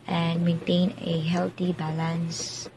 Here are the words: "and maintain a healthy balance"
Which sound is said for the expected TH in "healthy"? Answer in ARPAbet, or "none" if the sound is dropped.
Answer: T